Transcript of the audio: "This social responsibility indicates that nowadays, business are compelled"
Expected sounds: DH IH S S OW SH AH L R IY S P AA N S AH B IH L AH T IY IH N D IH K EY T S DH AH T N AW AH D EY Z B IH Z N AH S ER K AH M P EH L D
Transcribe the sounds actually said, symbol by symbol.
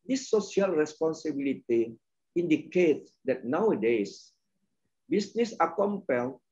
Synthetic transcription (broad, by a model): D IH S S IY AH L R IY S P AA N S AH B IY L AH T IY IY N D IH K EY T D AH T N AW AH D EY S B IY S N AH S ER K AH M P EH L